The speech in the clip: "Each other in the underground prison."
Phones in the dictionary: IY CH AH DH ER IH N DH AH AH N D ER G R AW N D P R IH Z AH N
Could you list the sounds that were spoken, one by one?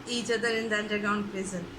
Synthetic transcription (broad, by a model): IY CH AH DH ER IH N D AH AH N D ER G AW N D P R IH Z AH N